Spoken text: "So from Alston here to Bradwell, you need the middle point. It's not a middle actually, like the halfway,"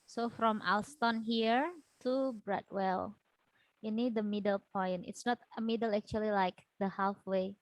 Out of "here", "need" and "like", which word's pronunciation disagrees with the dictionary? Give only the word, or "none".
none